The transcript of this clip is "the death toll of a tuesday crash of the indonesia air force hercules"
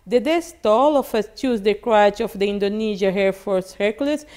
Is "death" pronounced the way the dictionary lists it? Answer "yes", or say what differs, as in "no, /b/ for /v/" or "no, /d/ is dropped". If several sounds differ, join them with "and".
no, /s/ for /θ/